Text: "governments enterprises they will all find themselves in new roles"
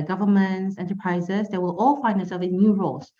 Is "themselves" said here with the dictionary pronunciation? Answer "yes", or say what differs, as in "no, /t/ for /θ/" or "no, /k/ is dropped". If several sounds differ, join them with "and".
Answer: no, /z/ is dropped